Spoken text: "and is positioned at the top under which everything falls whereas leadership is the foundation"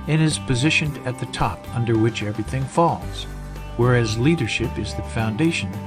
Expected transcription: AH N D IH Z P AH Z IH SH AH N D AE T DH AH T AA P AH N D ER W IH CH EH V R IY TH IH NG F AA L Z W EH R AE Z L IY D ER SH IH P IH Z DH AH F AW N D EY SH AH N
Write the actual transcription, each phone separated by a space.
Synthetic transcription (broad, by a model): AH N IH Z P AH Z IH SH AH N IH T DH AH T AA P AH N D ER W IH CH EH V R IY TH IH NG F AA L Z W EH R AE Z L IY D ER SH IH P IH Z DH AH F AW N D EY SH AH N